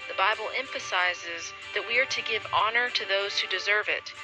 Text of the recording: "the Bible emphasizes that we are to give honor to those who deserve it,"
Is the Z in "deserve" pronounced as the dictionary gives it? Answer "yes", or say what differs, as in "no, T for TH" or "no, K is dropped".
yes